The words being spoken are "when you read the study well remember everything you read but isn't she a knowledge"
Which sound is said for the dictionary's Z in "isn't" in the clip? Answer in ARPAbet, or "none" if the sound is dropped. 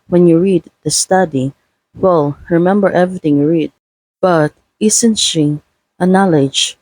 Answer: S